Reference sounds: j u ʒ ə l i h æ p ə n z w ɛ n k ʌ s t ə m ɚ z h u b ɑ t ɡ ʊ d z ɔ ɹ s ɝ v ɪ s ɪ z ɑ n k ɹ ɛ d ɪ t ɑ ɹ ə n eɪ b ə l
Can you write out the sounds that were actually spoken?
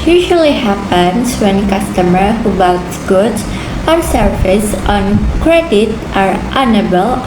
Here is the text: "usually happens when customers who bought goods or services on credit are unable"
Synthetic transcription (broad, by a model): j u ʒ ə l i h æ p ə n s w ɛ n k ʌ s t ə m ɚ h u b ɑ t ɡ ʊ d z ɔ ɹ s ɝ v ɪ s ɑ n k ɹ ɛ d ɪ t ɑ ɹ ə n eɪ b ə l